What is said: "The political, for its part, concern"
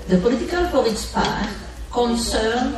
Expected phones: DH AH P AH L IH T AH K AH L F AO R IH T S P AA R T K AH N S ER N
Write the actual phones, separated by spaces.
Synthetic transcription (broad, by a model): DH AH P AH L IH T AH K AH L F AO L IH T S P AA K K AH N S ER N